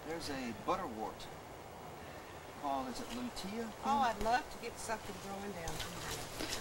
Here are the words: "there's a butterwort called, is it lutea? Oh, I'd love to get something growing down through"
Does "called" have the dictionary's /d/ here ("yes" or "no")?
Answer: no